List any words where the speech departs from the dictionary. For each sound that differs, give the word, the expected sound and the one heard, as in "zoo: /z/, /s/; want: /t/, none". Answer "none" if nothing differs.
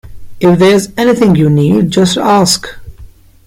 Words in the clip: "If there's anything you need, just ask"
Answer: none